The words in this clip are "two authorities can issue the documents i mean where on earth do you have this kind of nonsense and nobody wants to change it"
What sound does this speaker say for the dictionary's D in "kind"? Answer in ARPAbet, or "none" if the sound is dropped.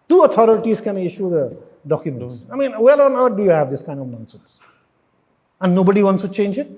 D